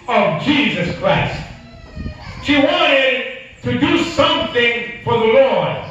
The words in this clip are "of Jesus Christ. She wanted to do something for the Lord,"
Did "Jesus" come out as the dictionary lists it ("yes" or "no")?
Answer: yes